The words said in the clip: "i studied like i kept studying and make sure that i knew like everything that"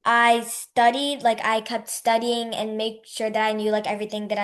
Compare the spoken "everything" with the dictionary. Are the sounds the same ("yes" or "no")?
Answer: yes